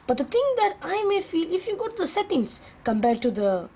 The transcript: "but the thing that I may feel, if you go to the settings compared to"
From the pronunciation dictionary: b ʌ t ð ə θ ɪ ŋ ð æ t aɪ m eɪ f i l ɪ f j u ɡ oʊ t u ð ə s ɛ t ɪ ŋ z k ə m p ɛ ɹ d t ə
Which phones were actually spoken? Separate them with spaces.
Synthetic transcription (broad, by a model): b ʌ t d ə t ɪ ŋ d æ t aɪ m eɪ f i l ɪ f j u ɡ oʊ t u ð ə s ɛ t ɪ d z k ə m p ɛ ɹ d t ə